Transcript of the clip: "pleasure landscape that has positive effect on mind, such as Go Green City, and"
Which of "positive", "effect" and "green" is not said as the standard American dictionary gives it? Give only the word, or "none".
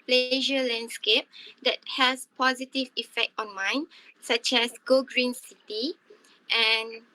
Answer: none